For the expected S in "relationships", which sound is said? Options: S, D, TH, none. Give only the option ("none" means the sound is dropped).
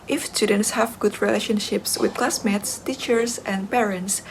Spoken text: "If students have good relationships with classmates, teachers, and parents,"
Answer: S